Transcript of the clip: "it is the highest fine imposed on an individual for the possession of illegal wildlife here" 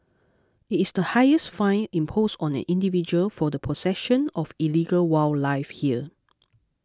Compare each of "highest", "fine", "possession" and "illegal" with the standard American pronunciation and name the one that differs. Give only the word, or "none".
possession